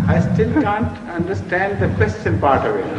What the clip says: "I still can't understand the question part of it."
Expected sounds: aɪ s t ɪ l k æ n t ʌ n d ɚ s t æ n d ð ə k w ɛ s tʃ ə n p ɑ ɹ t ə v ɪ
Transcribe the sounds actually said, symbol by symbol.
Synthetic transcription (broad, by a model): aɪ s t ɪ l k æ n t ʌ n d ɚ s t æ n d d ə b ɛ s s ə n p ɑ ɹ t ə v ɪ